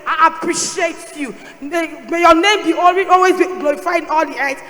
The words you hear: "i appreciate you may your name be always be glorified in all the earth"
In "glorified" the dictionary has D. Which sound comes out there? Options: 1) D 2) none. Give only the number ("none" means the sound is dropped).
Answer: 2